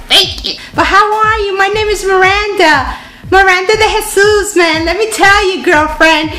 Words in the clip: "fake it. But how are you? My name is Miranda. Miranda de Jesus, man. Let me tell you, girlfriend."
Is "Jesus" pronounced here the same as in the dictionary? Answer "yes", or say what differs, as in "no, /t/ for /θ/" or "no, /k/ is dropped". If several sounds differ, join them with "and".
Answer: no, /s/ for /z/